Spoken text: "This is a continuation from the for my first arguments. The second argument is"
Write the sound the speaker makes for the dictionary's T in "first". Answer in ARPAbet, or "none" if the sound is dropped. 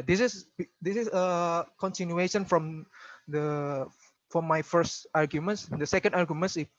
T